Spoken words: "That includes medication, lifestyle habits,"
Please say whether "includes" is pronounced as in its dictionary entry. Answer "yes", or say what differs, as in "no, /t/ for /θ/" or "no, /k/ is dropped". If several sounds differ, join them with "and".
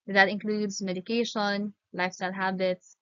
yes